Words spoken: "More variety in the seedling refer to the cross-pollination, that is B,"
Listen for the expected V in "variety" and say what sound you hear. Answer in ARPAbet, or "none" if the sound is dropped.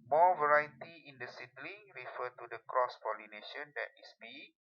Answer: V